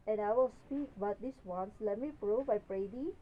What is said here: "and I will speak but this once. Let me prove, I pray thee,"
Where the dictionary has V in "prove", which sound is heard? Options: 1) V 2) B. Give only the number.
2